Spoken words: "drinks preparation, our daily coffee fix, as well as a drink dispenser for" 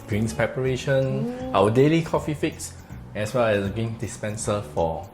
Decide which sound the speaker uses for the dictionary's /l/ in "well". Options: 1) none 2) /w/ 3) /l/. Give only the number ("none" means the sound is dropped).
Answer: 2